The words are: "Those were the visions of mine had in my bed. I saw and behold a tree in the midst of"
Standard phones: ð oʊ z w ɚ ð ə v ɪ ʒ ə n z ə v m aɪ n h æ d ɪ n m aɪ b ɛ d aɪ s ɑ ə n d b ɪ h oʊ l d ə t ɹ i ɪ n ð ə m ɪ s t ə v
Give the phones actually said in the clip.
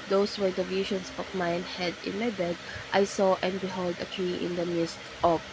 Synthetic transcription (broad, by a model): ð oʊ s w ɚ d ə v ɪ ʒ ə n s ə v m aɪ n h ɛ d ɪ n m aɪ b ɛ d aɪ s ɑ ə n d b ɪ h oʊ l d ə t l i ɪ n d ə m ɪ s t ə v